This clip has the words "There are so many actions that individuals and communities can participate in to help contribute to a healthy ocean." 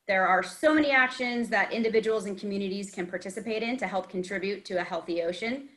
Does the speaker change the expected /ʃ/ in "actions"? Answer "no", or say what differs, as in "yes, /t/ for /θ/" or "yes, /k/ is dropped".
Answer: no